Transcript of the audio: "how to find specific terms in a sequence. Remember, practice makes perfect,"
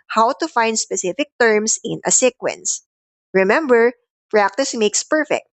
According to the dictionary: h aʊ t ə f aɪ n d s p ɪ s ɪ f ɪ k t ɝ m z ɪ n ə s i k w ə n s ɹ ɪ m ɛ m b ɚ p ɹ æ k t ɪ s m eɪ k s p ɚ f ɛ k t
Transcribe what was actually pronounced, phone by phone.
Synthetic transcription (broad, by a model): h aʊ t ə f aɪ n d s p ɪ s ɪ f ɪ k t ɝ m s ɪ n ə s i k w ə n s ɹ ɪ m ɛ m b ɚ p ɹ æ k t ɪ s m eɪ k s p ɚ f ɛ k t